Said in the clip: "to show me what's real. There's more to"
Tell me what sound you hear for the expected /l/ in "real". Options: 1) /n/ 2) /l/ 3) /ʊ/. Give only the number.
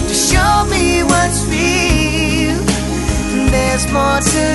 1